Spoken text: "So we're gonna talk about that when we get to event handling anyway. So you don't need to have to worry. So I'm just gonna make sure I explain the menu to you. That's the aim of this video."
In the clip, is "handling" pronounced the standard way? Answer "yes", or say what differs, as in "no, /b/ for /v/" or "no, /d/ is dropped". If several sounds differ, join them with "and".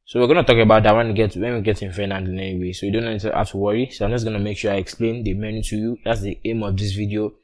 no, /l/ is dropped